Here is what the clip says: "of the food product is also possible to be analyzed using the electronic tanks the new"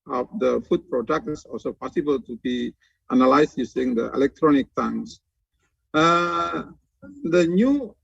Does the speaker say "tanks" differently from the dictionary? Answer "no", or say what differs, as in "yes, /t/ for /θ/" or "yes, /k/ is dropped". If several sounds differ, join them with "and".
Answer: yes, /k/ is dropped